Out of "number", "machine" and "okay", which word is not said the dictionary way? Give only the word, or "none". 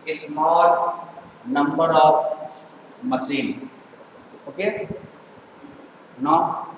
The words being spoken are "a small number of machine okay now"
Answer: machine